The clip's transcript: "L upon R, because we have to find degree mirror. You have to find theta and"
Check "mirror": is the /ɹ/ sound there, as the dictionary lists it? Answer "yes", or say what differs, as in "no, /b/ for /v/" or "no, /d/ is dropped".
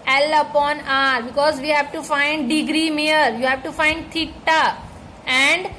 no, /ɹ/ is dropped